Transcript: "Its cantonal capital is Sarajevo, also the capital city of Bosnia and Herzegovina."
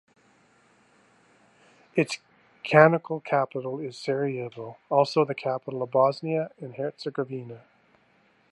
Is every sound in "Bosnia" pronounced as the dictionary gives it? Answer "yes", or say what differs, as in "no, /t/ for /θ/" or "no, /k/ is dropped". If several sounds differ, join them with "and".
yes